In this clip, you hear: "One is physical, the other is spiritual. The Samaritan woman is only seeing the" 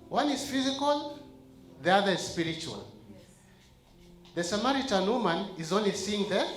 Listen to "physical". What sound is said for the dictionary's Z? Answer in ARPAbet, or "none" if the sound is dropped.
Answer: Z